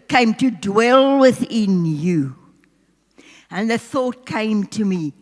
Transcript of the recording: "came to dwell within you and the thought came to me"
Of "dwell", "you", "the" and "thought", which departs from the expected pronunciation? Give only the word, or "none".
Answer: none